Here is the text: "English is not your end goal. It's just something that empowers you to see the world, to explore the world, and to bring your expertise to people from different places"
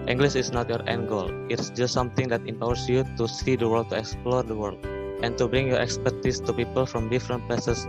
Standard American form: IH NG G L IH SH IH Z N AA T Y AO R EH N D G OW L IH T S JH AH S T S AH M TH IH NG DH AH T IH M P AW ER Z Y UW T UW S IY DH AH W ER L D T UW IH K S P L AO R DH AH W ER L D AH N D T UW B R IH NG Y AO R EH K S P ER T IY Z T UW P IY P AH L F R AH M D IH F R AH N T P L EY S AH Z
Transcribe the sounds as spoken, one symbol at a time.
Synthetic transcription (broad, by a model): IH NG G L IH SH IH S N AA T Y AO R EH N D G OW L IH T S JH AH S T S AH M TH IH NG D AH T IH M P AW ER S Y UW T UW S IY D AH W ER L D T UW IH K S P L AO R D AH W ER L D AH N T UW B R IH NG Y AO R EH K S P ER T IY S T UW P IY P AH L F R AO M D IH F R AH N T P L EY S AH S